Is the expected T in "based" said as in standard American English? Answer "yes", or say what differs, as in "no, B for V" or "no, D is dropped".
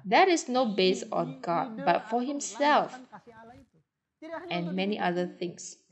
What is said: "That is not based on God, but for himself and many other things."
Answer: no, T is dropped